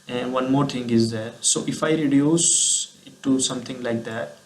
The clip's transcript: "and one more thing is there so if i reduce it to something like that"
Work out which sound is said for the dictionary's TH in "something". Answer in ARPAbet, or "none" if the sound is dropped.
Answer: T